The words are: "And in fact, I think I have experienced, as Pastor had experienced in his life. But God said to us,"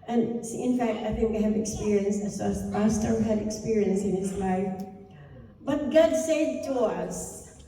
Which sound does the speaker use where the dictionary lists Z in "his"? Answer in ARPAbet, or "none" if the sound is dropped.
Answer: S